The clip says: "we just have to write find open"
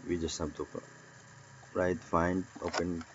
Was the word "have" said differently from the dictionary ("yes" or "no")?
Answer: yes